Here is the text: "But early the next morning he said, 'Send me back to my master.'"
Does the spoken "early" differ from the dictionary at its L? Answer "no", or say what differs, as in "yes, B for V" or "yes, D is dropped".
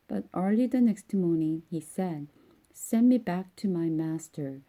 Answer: yes, L is dropped